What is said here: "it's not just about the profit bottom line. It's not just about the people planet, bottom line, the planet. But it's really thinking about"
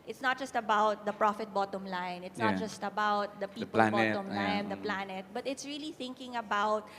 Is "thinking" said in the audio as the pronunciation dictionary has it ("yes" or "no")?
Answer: yes